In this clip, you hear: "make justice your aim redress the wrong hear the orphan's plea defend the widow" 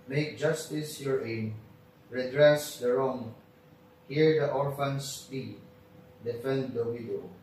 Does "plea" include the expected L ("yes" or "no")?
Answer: no